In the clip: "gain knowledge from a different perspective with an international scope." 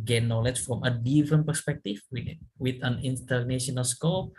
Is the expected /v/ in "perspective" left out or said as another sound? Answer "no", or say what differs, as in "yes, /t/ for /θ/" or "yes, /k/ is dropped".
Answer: yes, /w/ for /v/